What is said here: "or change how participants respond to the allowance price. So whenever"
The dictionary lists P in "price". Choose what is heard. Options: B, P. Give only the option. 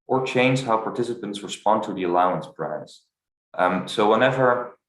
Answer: B